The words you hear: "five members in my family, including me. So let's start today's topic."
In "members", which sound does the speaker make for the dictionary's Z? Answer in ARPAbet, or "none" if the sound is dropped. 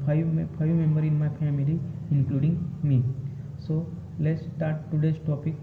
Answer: none